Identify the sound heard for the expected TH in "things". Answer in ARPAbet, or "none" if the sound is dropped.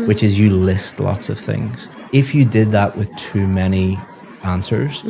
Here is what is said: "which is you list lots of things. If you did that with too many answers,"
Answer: TH